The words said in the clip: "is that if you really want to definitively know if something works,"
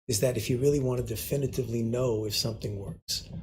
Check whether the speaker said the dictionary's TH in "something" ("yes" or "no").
yes